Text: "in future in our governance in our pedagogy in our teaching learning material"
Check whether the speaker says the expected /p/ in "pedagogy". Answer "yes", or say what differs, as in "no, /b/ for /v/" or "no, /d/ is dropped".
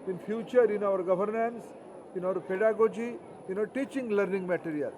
yes